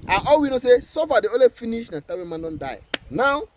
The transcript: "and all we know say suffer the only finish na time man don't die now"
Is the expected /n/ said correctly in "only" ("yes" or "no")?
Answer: no